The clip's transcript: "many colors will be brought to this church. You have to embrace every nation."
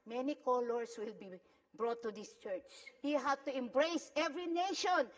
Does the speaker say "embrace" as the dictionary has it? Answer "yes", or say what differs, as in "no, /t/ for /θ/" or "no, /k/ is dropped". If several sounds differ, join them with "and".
yes